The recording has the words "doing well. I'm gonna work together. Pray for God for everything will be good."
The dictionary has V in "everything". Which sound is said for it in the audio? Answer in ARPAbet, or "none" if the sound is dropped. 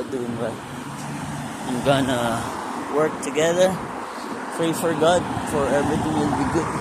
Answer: none